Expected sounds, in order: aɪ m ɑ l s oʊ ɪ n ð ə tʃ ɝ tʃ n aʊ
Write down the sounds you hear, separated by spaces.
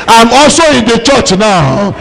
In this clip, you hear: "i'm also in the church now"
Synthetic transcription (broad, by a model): aɪ m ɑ s oʊ ɪ n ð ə tʃ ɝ tʃ n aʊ